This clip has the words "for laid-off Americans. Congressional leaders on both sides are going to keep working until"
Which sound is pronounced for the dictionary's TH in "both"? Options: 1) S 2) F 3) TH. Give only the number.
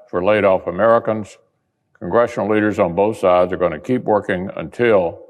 3